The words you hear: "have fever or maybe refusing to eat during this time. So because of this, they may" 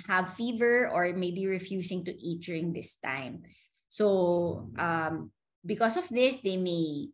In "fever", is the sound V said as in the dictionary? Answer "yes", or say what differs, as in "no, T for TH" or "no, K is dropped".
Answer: yes